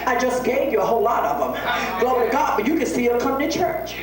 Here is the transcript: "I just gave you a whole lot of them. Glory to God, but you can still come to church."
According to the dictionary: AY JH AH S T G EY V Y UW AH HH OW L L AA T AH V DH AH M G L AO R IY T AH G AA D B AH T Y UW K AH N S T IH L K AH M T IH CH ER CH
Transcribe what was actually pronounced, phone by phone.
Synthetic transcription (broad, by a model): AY JH AH S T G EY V Y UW AH HH OW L L AA T AH V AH M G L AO IY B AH G AA D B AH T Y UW K AH N S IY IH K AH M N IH CH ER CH